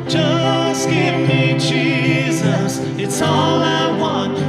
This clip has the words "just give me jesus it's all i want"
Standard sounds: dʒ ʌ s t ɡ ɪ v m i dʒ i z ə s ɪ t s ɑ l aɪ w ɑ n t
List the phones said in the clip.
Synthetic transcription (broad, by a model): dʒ ʌ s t ɡ ɪ v m i dʒ i z ə s ɪ t s ɑ l aɪ w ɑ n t